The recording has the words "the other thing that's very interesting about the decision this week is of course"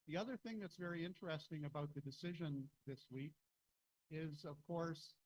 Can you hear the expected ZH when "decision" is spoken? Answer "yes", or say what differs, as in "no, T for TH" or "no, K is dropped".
yes